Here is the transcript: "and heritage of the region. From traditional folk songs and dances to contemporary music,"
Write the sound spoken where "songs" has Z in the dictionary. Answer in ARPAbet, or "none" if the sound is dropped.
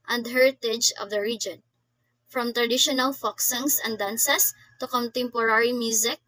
S